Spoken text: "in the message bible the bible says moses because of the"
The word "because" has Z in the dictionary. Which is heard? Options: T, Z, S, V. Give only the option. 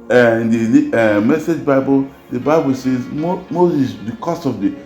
S